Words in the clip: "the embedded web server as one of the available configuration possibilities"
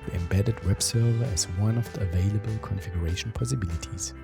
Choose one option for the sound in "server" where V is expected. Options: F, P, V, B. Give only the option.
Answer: V